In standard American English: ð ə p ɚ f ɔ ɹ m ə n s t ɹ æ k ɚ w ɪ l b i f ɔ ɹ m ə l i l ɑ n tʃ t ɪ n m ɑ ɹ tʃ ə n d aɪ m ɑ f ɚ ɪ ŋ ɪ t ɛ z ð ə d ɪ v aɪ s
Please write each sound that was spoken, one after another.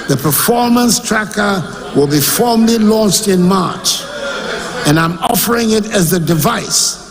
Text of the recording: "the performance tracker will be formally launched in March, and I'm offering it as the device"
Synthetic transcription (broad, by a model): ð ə p ɚ f ɔ ɹ m ə n s t ɹ æ k ɚ w ɪ l b i f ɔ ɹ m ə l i l ɑ n tʃ t ɪ n m ɑ ɹ tʃ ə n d aɪ m ɑ f ɚ ɪ ŋ ɪ t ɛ z ð ə d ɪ v aɪ s